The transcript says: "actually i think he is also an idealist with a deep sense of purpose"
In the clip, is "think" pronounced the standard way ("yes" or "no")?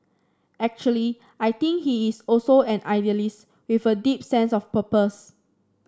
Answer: no